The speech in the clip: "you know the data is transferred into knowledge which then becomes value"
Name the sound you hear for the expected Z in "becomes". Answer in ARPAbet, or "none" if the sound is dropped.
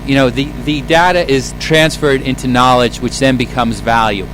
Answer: Z